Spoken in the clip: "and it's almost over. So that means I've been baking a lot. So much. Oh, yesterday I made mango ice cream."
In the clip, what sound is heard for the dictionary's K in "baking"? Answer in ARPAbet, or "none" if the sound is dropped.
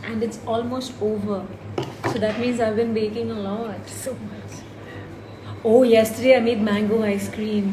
K